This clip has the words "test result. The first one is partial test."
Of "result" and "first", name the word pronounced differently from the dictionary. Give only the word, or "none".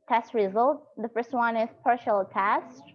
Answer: none